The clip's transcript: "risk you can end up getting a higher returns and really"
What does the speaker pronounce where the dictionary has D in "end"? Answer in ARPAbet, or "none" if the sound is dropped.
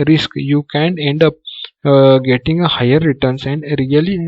D